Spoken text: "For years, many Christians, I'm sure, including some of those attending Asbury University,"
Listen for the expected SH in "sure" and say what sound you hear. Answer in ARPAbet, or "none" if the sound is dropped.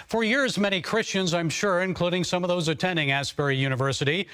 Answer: SH